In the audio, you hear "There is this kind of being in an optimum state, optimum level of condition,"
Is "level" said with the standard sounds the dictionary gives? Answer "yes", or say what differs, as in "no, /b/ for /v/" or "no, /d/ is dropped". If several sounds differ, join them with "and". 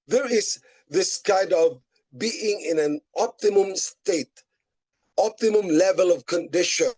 yes